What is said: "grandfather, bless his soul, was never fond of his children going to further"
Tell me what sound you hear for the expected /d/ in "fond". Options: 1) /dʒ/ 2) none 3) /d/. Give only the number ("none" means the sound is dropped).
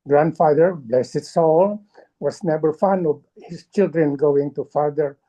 2